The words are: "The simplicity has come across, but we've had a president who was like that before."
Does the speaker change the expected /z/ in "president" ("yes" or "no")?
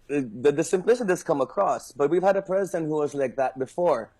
no